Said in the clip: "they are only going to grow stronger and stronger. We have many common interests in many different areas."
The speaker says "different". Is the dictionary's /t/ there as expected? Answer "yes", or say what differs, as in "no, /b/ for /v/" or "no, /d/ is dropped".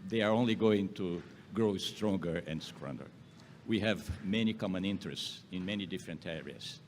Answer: yes